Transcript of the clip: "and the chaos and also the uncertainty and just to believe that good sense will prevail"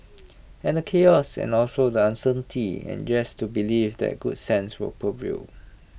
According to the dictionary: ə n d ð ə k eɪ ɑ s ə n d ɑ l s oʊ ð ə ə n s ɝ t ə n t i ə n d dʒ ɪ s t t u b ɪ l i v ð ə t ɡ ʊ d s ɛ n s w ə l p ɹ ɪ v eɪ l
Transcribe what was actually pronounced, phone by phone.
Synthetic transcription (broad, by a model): ə n d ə k eɪ ɑ s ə n ɑ l s oʊ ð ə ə n s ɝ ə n t i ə n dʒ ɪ s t t u b ɪ l i v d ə t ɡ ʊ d s ɛ n s w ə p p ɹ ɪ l